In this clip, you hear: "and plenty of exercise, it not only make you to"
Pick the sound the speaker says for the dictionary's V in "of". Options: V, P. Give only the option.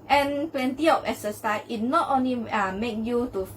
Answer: P